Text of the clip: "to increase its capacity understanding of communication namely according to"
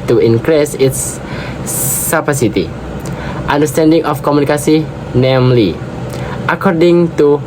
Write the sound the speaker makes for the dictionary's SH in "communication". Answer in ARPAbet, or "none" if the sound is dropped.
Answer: S